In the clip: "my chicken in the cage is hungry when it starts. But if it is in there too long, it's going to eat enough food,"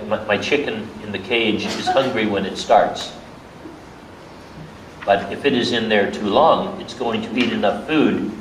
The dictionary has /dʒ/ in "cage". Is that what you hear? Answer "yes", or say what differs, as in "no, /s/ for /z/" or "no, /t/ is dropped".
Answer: yes